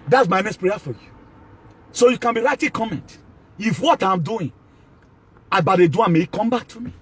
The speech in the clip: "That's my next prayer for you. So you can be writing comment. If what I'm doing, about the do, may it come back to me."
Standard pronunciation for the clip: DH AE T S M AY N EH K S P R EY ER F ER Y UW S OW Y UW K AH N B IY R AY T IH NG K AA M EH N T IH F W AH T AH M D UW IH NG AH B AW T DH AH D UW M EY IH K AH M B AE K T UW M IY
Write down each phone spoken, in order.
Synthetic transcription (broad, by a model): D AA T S M AY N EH S P R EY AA F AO Y UW S OW Y UW K AH N B IY R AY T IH K AA M EH N T IH F W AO T AH M D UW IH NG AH B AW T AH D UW M EY IH K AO M B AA K T UW M IY